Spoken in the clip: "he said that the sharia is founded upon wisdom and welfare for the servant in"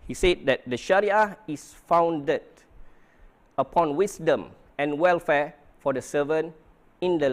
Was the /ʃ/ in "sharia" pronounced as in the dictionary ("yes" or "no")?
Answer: yes